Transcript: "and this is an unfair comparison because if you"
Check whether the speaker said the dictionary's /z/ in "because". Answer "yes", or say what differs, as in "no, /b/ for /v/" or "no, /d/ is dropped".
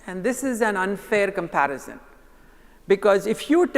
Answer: yes